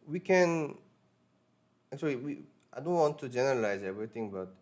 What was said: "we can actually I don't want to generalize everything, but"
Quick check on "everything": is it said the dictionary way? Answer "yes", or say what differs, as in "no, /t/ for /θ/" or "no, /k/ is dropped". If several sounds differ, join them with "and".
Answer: no, /t/ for /θ/